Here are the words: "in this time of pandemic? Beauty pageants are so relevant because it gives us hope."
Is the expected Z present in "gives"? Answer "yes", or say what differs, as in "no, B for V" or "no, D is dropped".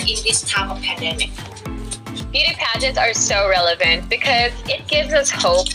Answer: yes